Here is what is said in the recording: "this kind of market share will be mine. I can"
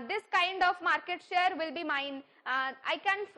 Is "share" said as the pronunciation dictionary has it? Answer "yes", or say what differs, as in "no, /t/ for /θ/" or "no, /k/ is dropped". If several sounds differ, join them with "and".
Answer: yes